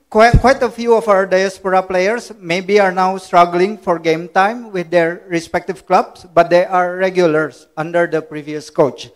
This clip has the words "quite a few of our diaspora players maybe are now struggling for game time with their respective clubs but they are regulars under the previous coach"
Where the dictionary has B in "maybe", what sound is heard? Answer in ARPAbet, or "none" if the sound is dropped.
B